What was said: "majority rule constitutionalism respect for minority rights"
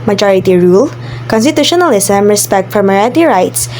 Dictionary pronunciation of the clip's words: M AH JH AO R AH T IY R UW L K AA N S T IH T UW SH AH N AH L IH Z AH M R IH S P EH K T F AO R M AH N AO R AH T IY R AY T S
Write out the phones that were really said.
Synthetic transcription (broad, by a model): M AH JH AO R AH T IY R UW L K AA N S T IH T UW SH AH N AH L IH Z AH M R IH S P EH K T F AO R M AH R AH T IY R AY T S